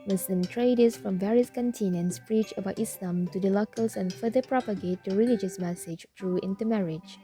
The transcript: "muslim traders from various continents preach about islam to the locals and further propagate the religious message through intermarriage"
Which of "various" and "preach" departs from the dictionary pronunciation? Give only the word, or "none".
none